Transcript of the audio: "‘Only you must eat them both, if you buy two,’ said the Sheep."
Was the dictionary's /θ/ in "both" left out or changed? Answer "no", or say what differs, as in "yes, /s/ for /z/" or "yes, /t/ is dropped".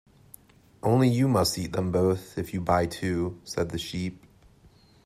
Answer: no